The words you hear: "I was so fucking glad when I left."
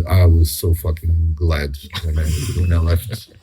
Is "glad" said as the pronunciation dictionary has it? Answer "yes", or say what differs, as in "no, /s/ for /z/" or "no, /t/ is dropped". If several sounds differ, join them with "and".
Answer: yes